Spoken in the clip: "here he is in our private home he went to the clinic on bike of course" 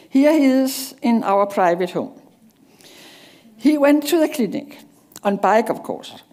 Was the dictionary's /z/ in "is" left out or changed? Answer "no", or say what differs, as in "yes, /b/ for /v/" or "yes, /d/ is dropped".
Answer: yes, /s/ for /z/